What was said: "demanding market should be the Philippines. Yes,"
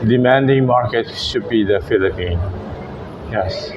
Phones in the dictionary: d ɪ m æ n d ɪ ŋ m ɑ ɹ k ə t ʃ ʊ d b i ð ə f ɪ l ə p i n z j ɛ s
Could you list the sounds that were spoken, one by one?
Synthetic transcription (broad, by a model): d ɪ m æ n d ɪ ŋ m ɑ ɹ k ə t ʃ ʊ d b i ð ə f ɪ l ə p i n j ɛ s